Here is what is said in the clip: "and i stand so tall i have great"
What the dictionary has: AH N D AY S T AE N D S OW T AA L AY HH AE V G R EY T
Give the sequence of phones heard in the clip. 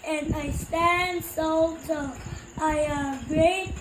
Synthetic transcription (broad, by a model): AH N AY S T AE N D S OW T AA AY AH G R EY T